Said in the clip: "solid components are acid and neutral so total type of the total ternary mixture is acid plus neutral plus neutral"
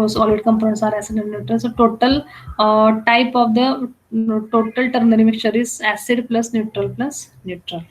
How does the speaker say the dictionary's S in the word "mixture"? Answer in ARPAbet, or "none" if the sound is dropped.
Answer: none